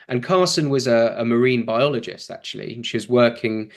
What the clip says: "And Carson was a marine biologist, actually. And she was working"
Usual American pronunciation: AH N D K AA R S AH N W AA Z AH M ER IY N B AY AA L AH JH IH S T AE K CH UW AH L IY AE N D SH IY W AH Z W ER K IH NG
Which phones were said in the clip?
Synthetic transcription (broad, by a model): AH N K AA S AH N W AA Z AH M ER IY N B AY AA L AH JH IH S T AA K CH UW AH L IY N SH IY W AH Z W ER K IH NG